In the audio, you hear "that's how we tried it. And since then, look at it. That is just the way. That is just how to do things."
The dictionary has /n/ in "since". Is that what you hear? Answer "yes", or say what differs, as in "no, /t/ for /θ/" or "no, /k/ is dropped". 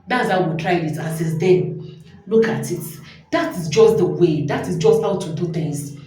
no, /n/ is dropped